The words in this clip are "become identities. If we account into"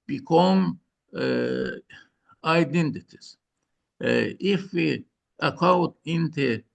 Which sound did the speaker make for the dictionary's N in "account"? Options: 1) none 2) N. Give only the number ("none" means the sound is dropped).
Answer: 1